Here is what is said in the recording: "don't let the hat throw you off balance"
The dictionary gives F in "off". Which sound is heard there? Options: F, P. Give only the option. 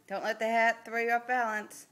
P